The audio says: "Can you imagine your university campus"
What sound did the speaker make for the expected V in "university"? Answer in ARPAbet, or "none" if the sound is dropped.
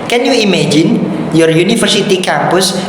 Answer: F